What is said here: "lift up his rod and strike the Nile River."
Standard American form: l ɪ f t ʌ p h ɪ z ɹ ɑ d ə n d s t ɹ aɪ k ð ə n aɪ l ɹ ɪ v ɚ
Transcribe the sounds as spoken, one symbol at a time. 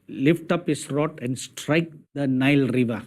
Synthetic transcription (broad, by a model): l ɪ f t ʌ p h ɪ s ɹ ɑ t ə n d s t ɹ aɪ k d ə n aɪ l ɹ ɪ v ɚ